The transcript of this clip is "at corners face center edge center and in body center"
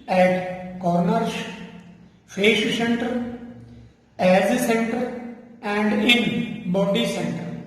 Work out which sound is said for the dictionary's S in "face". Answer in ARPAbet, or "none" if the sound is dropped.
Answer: SH